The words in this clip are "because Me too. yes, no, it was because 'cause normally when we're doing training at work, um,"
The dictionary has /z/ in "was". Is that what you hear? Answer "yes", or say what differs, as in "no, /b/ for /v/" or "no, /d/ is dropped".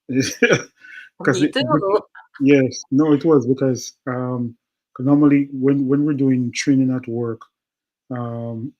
yes